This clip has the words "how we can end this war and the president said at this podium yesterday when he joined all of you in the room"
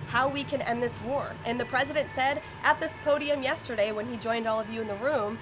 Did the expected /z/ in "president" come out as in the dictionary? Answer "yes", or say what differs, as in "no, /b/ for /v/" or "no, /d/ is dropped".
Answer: yes